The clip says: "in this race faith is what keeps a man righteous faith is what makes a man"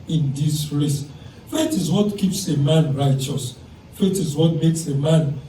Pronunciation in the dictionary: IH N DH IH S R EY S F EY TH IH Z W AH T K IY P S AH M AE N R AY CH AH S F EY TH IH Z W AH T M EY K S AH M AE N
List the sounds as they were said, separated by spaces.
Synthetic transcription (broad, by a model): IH N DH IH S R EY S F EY T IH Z W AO T K IY P S AH M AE N R AY CH AH S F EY T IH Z W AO T M EY K S AH M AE N